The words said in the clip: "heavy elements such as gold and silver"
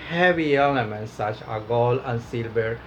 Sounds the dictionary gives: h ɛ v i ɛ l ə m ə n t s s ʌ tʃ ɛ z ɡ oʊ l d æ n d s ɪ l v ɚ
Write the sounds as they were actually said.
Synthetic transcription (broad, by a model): h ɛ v i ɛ l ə m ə n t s s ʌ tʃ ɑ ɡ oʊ l æ n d s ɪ l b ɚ